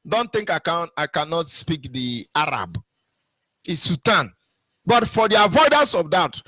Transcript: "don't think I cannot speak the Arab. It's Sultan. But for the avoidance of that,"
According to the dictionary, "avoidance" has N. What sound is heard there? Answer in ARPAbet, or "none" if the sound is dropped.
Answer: N